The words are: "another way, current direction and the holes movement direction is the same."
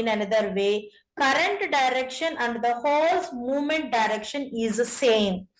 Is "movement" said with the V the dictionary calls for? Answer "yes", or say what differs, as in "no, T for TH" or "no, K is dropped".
yes